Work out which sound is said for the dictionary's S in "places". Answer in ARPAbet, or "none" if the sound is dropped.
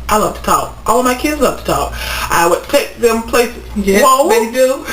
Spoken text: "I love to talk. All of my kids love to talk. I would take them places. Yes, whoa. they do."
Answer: none